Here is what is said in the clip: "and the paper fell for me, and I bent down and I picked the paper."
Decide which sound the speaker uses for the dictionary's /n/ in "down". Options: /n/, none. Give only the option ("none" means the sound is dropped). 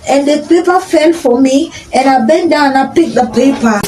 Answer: none